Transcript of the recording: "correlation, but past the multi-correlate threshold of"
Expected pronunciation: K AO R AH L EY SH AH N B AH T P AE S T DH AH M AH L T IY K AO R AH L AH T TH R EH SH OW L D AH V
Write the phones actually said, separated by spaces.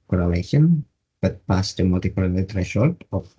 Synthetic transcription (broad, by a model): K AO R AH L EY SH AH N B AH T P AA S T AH M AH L T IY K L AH N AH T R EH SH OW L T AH